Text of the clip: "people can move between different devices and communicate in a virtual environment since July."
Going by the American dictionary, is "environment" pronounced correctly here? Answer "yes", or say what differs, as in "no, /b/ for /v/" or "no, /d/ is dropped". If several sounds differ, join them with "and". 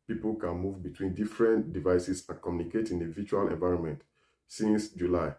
yes